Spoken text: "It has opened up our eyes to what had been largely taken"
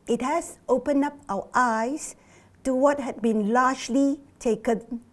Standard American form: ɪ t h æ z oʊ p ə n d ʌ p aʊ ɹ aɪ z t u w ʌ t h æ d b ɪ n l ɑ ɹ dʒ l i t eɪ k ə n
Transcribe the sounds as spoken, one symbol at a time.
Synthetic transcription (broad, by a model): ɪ t h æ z oʊ p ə n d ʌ p aʊ w aɪ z t u w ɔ t h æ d b ɪ n l ɑ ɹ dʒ l i t eɪ k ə n